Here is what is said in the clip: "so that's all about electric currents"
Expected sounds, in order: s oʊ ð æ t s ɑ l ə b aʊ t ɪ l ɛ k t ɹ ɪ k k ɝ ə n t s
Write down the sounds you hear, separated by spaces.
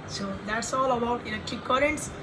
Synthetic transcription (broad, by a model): s oʊ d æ t s ɑ l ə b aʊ t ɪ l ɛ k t ɪ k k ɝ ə n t s